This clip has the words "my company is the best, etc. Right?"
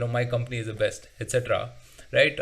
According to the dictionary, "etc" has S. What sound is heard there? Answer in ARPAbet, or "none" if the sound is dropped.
S